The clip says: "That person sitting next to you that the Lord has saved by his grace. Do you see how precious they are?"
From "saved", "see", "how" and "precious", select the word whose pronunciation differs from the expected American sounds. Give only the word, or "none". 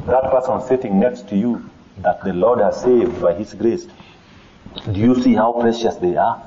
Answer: none